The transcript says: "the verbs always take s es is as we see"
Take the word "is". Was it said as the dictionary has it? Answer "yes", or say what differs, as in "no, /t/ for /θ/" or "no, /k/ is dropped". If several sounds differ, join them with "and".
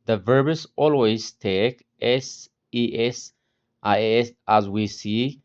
no, /s/ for /z/